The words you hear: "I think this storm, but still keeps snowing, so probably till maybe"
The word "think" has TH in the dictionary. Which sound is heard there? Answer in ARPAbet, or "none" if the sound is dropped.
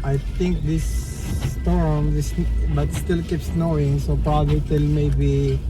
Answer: T